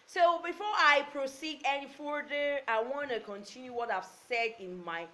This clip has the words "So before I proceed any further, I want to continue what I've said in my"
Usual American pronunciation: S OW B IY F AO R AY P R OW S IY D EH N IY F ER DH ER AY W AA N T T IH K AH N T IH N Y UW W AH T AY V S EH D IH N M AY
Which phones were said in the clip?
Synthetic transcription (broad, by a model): S OW B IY F AO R AY P R OW S IY D EH N IY F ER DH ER AY W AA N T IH K AH N T IH N Y UW W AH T AY V S EH D IH N M AY